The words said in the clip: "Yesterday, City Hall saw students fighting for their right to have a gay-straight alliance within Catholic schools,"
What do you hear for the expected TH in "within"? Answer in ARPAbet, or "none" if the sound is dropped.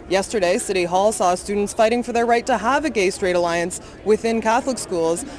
TH